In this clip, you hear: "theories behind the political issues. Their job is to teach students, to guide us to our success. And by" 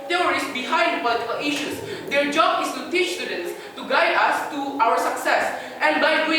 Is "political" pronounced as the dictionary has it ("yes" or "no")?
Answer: no